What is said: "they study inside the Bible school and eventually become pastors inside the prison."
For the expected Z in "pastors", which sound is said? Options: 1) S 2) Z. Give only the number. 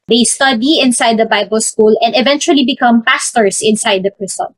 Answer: 1